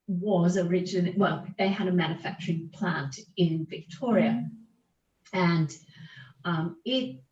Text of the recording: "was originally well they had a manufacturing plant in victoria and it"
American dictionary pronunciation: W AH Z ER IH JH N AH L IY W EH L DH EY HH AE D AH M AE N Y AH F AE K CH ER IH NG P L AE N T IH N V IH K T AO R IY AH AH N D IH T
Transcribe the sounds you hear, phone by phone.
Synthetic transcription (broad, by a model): W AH Z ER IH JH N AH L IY W EH L DH EY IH D AH M AE N Y AH F AE K CH ER IH NG P L AE N T IH N V IH K T AO R IY AH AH N IH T